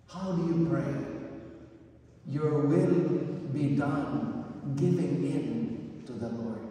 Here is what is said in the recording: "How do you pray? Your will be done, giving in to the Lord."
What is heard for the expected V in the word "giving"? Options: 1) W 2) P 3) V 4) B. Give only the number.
3